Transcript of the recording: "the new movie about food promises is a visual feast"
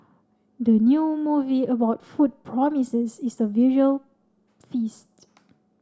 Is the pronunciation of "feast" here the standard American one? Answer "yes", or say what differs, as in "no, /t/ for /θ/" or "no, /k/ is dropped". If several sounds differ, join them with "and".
yes